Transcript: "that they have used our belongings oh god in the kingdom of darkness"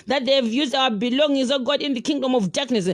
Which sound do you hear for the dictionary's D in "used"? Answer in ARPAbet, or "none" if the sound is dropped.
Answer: D